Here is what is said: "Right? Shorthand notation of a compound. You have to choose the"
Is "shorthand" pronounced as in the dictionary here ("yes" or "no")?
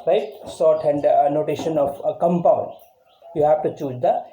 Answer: no